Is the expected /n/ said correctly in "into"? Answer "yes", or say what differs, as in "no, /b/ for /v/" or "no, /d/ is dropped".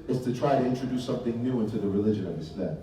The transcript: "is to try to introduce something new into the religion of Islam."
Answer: yes